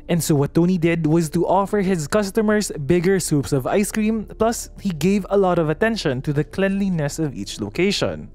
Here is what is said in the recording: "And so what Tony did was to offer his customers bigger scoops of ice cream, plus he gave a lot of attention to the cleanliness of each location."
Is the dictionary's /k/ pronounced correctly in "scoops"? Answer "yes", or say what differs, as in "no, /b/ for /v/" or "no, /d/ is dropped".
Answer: no, /k/ is dropped